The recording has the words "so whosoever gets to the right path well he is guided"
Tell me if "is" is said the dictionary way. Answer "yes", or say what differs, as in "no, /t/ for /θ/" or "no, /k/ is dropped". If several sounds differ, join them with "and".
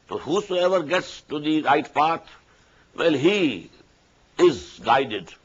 yes